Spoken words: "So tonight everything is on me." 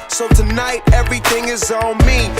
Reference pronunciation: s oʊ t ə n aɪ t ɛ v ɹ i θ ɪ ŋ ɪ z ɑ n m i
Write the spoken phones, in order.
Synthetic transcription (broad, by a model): s oʊ t ə n aɪ t ɛ v ɹ i θ ɪ ŋ ɪ z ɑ l m i